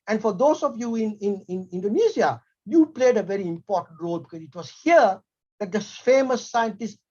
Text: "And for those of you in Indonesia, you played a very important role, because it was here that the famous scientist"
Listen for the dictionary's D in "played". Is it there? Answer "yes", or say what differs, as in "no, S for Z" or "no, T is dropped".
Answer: yes